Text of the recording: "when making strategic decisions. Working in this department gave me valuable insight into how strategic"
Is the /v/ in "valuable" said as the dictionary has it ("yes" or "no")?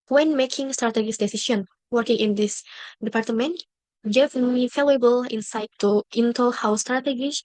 no